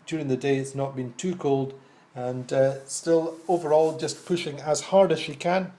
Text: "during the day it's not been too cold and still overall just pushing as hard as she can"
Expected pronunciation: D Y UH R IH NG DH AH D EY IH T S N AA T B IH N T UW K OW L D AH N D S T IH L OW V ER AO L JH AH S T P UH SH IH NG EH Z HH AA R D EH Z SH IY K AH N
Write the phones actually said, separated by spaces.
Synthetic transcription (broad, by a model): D Y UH R IH NG DH AH D EY IH T S N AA T B IH N T UW K OW L D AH N S T IH L OW V ER AO L JH AH S P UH SH IH NG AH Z HH AA R D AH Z SH IY K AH N